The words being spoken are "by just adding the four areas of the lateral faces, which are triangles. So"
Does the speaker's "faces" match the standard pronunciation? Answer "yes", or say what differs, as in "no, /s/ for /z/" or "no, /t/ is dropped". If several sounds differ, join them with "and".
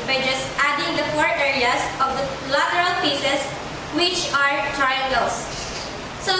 no, /p/ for /f/